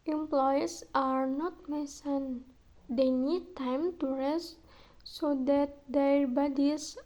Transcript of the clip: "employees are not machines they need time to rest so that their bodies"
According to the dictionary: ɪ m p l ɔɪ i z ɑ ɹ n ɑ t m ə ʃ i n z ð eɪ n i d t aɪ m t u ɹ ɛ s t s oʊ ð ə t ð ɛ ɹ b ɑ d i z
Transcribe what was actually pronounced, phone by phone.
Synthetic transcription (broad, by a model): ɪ m p l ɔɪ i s ɑ ɹ n ɑ t m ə s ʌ n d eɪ n i d t aɪ m t u ɹ ɛ s t s oʊ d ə t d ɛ ɹ b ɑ d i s